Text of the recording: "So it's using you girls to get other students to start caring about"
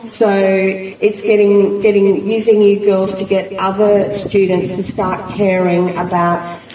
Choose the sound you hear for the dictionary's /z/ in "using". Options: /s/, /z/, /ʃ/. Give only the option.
/z/